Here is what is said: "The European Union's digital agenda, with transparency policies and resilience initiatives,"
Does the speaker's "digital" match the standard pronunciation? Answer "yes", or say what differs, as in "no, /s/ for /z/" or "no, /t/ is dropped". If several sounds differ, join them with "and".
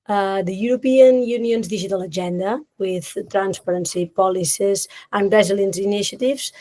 no, /ʒ/ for /dʒ/